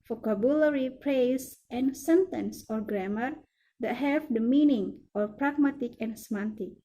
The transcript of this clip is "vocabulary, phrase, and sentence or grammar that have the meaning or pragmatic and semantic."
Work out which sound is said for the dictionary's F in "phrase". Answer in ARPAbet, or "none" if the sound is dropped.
P